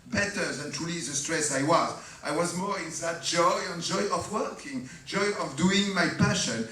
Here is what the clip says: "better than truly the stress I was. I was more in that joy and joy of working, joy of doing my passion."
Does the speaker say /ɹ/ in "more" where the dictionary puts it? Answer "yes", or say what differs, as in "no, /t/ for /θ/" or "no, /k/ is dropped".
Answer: yes